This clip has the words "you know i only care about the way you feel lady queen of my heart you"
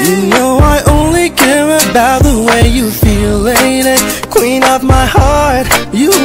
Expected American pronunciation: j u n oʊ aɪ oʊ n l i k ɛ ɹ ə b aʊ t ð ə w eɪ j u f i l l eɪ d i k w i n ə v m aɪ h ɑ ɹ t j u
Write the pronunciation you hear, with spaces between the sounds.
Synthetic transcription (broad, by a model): j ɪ n oʊ aɪ oʊ n l i k ɛ ɹ ə b aʊ t ð ə w eɪ j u f i l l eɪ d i k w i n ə p m aɪ h ɑ ɹ t j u